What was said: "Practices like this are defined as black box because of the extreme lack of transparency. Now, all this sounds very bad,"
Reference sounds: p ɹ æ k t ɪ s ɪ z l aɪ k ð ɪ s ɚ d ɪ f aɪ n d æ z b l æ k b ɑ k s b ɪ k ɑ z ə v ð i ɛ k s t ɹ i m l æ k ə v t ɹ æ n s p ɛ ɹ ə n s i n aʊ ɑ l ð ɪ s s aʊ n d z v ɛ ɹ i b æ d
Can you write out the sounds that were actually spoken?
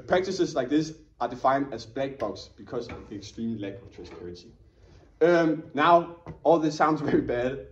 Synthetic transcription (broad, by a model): p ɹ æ k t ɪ s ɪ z l aɪ k ð ɪ s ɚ d ɪ f aɪ n d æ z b l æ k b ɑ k s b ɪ k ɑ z ə v ð i ɛ k s t ɹ i m l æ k ə v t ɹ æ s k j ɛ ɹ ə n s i n aʊ ɑ l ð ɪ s s aʊ n d z v ɛ ɹ i b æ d